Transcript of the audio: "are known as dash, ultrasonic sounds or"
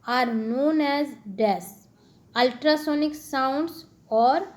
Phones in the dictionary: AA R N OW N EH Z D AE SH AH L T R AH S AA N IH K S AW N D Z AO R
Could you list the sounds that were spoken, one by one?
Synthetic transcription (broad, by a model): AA R N OW N EH Z D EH S AH L T R AH S AA N IH K S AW N D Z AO R